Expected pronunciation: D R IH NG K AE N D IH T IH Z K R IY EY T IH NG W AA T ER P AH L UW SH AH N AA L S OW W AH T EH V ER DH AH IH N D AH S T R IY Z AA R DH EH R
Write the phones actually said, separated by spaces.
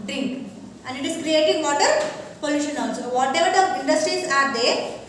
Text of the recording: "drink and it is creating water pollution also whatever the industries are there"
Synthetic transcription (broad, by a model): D R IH NG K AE N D IH T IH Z K R IY EY T IH NG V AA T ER P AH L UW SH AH N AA N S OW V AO T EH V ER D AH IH N D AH S T R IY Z AA R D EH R